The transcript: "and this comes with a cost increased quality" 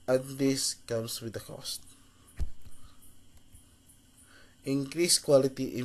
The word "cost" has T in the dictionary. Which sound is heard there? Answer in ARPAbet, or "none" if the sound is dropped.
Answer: T